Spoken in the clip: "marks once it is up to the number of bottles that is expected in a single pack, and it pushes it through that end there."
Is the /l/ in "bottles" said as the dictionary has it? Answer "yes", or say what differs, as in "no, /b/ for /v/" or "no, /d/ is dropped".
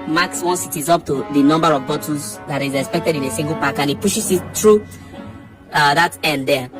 no, /l/ is dropped